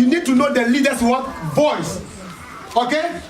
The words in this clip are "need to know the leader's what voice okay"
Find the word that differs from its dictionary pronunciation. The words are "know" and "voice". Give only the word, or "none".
voice